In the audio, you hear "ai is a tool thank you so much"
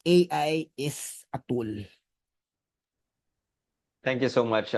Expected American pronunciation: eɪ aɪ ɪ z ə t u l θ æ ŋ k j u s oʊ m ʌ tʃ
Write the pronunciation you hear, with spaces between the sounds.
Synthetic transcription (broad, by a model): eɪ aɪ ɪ s ə t u l t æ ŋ k j u s oʊ m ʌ tʃ